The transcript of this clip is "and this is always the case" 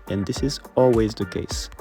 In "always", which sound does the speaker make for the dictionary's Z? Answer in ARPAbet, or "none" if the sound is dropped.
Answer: Z